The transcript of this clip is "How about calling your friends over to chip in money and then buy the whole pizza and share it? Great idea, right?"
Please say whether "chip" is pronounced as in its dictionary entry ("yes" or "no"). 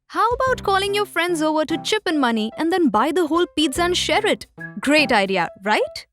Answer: yes